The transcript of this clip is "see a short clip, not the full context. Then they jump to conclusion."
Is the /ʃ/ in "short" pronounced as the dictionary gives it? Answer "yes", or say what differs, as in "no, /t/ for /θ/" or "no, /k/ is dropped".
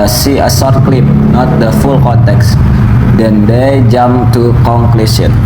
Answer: no, /s/ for /ʃ/